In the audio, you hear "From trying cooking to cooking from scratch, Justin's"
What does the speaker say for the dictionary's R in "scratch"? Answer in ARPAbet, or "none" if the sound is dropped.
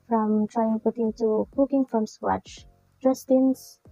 W